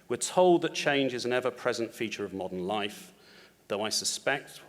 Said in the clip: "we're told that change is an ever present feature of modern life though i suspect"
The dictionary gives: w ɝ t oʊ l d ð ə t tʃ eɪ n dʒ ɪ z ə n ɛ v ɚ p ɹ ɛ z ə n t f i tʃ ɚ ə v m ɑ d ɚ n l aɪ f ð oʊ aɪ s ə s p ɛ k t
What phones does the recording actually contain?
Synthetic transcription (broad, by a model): w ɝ t oʊ l d ð ə t tʃ eɪ n dʒ ɪ z ə n ɛ v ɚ p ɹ ɛ z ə n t f i tʃ ɚ ə v m ɑ d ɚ n l aɪ f ð oʊ aɪ s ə s p ɛ k t